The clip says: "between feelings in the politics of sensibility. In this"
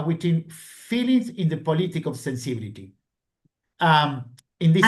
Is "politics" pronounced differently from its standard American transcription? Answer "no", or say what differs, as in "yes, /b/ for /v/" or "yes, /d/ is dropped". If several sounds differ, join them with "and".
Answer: yes, /s/ is dropped